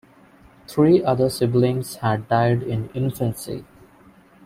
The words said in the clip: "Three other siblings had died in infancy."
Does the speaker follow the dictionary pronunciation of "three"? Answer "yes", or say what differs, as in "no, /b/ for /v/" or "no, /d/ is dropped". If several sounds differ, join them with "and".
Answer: no, /t/ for /θ/